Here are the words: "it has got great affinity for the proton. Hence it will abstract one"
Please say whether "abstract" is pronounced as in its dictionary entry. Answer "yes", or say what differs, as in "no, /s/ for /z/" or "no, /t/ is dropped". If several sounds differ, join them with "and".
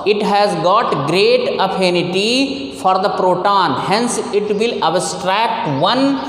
yes